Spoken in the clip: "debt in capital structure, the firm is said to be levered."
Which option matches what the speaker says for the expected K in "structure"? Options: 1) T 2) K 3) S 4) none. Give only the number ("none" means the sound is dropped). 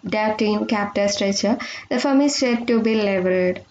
4